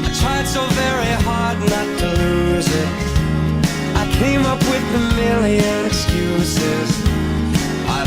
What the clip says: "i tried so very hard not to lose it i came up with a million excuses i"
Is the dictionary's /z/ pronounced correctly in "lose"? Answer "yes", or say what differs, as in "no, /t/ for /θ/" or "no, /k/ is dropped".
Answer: yes